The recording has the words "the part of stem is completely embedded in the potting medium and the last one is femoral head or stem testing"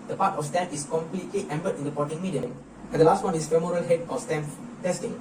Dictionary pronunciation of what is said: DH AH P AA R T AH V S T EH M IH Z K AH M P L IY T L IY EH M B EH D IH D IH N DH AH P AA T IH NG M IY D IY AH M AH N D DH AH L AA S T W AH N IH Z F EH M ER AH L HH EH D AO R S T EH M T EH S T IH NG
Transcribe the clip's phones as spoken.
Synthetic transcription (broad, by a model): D AH P AA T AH F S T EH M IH S K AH M P L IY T L IY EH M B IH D IH N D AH P AA T IH NG M IY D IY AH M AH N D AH L AA S T W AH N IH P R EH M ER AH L HH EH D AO L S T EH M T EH S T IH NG